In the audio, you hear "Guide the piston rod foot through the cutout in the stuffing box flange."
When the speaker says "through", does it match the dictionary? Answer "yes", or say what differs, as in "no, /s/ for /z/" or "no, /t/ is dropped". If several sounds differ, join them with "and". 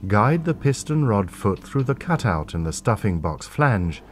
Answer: yes